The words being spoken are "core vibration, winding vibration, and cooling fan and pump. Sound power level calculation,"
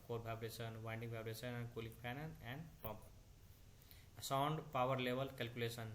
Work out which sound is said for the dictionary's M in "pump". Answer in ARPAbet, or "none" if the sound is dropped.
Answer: none